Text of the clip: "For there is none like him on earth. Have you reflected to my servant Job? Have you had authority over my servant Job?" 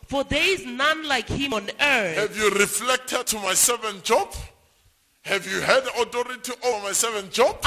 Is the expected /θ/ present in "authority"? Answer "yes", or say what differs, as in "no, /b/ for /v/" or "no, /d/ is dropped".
no, /t/ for /θ/